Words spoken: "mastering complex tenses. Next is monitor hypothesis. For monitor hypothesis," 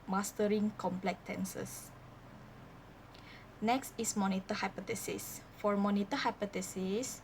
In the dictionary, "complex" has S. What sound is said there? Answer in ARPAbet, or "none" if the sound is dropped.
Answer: none